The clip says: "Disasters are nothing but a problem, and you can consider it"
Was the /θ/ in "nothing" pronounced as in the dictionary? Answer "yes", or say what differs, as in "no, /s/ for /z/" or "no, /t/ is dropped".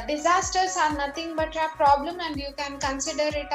no, /t/ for /θ/